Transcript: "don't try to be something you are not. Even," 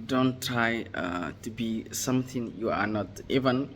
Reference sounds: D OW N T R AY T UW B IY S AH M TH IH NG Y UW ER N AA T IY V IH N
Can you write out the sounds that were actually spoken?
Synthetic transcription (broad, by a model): D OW N T R AY T UW B IY S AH M T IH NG Y UW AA N AA T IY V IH N